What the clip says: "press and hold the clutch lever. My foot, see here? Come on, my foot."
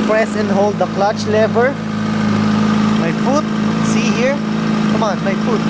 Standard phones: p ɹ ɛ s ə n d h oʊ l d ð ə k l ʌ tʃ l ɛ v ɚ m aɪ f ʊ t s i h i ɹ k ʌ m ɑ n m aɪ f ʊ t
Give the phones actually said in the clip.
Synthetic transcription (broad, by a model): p ɹ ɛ s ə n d h oʊ l d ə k l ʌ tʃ l ɛ v ɚ m aɪ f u t s i h i ɹ k ʌ m ɑ n m aɪ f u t